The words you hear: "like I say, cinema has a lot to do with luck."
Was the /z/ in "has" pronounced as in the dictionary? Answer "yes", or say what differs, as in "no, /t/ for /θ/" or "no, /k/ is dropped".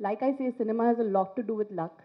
yes